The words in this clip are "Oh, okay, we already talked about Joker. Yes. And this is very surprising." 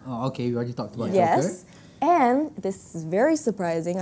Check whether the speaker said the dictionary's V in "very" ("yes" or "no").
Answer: yes